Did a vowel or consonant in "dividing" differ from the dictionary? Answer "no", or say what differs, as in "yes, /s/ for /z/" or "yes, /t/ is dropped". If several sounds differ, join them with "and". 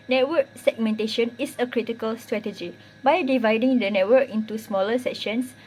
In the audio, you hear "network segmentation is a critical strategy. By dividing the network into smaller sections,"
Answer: no